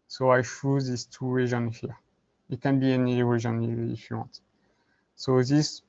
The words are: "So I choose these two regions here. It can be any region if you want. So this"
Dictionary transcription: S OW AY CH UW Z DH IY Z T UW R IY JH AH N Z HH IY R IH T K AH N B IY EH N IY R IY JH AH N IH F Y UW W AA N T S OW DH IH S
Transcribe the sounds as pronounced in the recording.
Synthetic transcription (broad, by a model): S OW AY SH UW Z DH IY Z T UW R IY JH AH N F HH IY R IH T K AH N B IY EH N IY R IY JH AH N IH F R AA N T S OW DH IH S